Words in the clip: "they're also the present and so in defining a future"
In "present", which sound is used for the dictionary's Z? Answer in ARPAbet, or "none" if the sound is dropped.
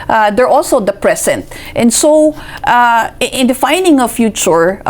S